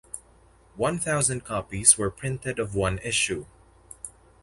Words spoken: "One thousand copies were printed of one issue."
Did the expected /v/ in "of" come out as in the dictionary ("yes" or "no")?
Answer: yes